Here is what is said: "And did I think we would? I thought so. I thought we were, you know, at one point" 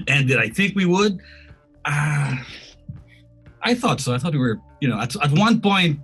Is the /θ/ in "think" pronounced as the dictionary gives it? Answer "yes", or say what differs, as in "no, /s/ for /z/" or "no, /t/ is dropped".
yes